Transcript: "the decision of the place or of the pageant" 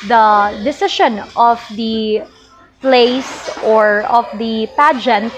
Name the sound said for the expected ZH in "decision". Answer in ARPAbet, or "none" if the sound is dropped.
SH